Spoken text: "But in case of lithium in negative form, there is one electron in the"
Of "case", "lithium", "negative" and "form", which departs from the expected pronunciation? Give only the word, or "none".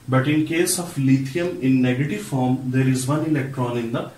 lithium